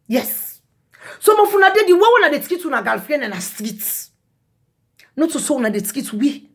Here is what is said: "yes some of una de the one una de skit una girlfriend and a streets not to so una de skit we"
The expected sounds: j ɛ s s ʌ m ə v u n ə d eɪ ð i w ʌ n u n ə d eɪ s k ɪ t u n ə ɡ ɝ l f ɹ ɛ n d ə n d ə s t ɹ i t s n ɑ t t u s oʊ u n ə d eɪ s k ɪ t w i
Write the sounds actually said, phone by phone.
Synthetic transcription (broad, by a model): j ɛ s s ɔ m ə f u n ə d eɪ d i w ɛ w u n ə d eɪ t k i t u n ə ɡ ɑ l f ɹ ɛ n ə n ə s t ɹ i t n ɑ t t u s oʊ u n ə d eɪ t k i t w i